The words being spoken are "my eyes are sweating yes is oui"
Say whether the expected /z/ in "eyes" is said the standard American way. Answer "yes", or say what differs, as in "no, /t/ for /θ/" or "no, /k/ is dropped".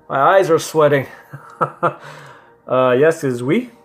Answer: yes